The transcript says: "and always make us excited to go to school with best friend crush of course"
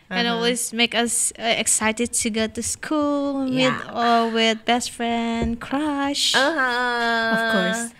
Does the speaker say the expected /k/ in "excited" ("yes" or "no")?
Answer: yes